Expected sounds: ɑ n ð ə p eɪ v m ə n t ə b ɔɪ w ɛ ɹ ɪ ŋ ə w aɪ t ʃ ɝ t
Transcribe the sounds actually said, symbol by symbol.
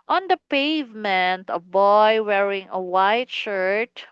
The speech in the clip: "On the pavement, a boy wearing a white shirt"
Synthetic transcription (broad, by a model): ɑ n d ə p eɪ v m ə n t ə b ɔɪ w ɛ ɹ ɪ ŋ ə w aɪ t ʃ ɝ t